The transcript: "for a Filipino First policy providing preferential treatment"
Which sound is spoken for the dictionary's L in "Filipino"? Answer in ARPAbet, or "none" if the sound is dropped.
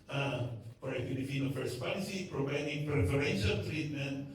N